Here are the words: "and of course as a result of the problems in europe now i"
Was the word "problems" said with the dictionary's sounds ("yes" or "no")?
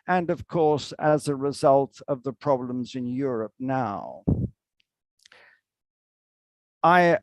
yes